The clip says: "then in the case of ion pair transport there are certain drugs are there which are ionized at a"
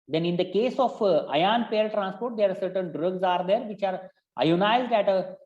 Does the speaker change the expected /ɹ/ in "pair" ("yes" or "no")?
yes